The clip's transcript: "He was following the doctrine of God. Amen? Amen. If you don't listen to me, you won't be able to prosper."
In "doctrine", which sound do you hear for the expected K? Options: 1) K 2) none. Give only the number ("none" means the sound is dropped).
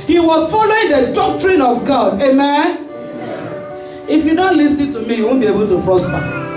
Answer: 1